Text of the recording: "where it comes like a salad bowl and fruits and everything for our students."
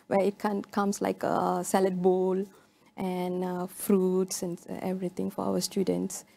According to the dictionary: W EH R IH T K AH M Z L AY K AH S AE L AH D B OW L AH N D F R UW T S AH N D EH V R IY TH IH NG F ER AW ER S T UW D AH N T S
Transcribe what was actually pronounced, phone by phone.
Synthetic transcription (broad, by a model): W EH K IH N K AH M S L AY K AH S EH L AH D B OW L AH N F R UW T S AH N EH V R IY T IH NG F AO AW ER S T UW D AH N T S